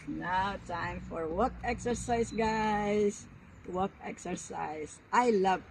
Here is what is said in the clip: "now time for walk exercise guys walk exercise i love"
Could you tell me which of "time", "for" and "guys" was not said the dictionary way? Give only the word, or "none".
guys